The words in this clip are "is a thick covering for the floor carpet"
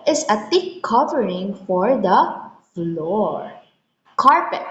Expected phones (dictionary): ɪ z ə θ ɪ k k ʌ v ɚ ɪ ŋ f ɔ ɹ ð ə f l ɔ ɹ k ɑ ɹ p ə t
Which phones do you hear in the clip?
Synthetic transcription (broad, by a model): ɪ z ə t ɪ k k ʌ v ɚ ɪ ŋ f ɔ ɹ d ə f l ɔ ɹ k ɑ ɹ p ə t